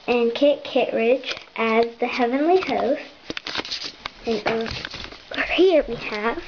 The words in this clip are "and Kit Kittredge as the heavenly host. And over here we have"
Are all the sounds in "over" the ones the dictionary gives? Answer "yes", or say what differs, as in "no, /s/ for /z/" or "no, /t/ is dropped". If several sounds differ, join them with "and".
no, /v/ is dropped